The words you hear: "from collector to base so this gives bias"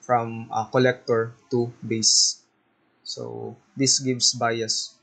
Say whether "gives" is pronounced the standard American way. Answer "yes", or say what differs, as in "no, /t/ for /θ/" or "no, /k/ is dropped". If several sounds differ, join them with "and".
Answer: no, /s/ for /z/